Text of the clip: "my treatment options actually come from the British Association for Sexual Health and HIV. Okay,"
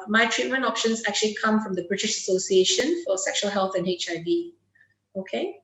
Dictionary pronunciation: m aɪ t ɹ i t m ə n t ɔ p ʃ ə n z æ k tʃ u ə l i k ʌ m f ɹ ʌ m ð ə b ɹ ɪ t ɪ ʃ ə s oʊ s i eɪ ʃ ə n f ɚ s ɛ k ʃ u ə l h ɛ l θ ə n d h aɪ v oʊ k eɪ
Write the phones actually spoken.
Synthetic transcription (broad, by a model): m aɪ t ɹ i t m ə n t ɔ p ʃ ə n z æ k tʃ u ə l i k ʌ m f ɹ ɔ m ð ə b ɹ ɪ t ɪ ʃ ə s oʊ s i eɪ ʃ ə n f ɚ s ɛ k ʃ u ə l h ɛ l θ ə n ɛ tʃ aɪ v oʊ k eɪ